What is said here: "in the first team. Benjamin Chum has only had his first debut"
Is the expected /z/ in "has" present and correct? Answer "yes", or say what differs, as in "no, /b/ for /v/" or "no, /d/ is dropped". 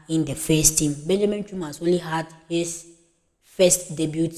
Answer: no, /s/ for /z/